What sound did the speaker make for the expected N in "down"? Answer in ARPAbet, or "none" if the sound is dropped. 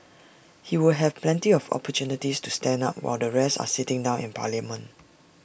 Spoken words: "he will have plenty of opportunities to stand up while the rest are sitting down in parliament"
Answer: N